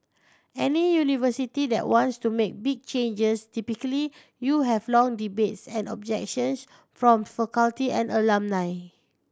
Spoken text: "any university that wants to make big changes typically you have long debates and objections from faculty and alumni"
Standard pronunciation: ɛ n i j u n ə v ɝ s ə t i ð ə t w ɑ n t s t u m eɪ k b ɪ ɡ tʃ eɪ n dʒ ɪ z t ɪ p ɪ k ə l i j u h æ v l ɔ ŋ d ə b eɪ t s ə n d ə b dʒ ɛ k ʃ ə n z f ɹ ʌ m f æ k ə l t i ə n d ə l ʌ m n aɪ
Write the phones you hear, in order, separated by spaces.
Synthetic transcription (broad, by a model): ɛ n i j u n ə v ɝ s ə t i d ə t w ɑ n t s t u m eɪ k b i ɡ tʃ eɪ n dʒ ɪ s t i p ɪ k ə l i j u h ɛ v l ɔ ŋ d ə b eɪ t s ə n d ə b dʒ ɛ k ʃ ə n s f ɹ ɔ m f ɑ k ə l t i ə n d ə l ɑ m n aɪ